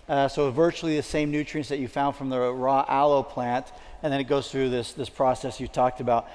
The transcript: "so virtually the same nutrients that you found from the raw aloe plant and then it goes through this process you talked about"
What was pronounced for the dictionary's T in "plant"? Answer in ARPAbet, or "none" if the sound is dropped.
T